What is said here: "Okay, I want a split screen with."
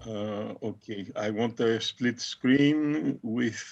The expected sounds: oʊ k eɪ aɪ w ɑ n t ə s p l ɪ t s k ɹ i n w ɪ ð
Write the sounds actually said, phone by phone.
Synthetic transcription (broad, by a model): oʊ k eɪ aɪ w ɑ n t ə s p l ɪ t s k ɹ i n w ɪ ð